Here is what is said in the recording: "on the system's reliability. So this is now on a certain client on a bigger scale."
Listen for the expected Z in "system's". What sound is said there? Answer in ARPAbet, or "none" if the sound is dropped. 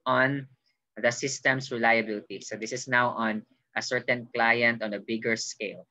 S